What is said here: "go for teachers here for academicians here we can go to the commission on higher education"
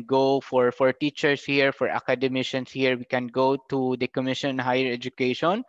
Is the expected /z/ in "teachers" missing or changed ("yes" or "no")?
yes